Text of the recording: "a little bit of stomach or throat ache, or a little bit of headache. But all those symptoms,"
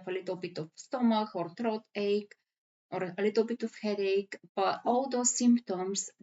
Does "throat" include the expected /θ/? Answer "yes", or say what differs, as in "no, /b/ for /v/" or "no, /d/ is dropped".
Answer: no, /t/ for /θ/